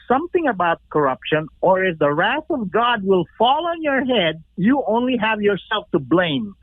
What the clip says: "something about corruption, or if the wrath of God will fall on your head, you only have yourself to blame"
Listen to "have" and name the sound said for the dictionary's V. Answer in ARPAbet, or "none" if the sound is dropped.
V